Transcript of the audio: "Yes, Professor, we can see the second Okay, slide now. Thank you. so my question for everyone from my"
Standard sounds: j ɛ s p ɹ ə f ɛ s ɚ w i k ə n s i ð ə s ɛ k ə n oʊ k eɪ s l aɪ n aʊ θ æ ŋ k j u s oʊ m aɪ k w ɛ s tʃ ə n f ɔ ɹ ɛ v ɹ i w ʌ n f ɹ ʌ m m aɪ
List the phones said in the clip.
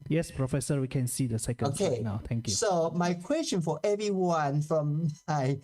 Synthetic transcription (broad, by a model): j ɛ s p ɹ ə f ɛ s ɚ w i k ə n s i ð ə s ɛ k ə oʊ k eɪ n aʊ t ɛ ŋ k j u s oʊ m aɪ k w ɛ s tʃ ə n f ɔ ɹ ɛ v ɹ i w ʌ n f ɹ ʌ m m aɪ